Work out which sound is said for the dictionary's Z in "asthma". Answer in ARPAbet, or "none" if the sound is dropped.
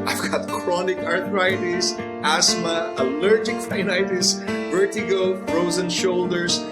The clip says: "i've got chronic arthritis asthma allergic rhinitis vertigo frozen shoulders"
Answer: S